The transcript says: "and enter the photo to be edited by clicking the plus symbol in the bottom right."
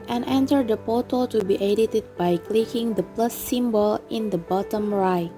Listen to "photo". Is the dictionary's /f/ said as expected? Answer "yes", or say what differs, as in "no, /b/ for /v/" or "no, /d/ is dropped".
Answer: no, /p/ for /f/